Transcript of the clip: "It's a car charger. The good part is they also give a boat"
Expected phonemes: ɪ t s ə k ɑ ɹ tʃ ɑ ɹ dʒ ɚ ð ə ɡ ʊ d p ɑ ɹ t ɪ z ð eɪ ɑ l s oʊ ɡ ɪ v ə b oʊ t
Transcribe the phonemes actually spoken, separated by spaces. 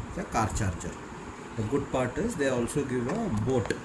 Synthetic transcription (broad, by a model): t ə k ɑ ɹ tʃ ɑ ɹ tʃ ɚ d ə ɡ ʊ d p ɑ ɹ t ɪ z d eɪ ɑ l s oʊ ɡ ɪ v ə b oʊ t